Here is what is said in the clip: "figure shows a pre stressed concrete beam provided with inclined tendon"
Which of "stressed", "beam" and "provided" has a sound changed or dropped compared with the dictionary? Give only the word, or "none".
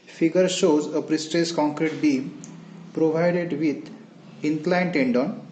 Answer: stressed